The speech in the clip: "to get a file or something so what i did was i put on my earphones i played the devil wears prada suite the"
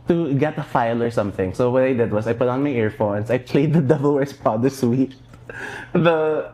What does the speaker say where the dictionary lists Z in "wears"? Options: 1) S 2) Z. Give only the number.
1